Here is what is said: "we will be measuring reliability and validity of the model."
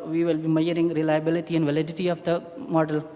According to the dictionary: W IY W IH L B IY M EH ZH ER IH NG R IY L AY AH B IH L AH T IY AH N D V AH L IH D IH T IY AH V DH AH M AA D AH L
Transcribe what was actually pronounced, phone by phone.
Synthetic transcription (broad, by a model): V IY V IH L B IY M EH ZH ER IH NG R IY L AY AH B IH L AH T IY AH N D V AH L IH D IH T IY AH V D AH M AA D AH L